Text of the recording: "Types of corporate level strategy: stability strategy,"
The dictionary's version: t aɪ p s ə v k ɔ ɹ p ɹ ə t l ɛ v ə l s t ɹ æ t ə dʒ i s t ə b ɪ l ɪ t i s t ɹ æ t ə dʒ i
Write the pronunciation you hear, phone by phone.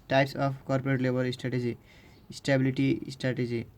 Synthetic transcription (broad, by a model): t aɪ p s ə p k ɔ ɹ p ɹ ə t l ɛ b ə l s t ɹ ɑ t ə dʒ i s t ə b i l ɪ t i s t ɹ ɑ t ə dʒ i